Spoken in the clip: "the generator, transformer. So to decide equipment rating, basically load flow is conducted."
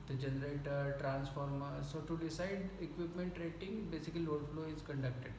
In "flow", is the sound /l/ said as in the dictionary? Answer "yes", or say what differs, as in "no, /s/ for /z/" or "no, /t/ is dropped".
yes